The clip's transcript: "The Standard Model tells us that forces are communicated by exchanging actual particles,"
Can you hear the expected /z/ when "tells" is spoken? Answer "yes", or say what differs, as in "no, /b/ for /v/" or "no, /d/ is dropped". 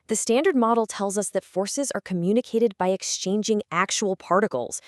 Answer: yes